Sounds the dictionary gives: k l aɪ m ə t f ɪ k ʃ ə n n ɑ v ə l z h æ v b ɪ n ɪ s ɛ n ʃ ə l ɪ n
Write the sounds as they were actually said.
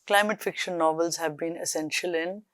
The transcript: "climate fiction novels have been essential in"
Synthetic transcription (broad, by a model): k l aɪ m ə t f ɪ k ʃ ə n n ɑ v ə l z h æ v b ɪ n ɪ s ɛ n ʃ ə l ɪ n